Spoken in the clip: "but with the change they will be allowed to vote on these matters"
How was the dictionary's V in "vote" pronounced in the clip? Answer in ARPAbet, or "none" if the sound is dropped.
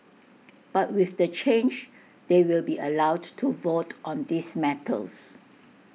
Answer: V